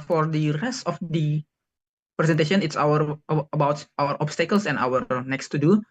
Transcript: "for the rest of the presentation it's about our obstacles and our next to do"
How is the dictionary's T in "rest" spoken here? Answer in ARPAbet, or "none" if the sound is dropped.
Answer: T